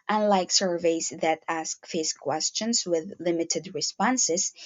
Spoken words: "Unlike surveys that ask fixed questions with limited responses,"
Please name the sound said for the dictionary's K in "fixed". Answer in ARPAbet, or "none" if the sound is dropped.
none